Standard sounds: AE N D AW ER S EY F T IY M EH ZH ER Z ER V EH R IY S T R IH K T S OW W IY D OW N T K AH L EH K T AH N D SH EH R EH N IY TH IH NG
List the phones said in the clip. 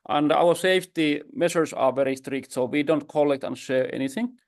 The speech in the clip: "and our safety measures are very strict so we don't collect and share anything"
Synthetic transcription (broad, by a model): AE N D AW ER S EY F T IY M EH SH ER S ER V EH R IY S T R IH K T S OW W IY D OW N T K AH L EH K T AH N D SH EH R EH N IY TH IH NG